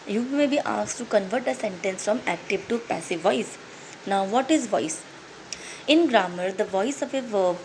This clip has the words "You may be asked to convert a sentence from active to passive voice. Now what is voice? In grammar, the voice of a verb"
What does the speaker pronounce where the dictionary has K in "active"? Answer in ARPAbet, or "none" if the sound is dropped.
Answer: K